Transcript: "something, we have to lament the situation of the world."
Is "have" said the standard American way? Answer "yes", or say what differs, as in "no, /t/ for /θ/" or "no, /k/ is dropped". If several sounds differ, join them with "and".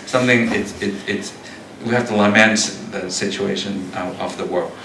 no, /f/ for /v/